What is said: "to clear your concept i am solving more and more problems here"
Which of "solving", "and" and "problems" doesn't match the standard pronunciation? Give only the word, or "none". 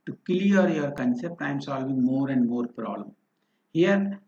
problems